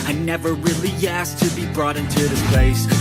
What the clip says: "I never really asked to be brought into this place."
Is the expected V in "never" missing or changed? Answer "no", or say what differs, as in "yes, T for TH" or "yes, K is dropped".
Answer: no